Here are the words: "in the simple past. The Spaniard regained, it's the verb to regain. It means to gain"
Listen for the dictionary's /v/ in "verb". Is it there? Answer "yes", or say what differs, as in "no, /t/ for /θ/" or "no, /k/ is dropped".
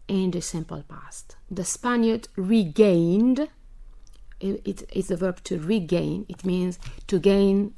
yes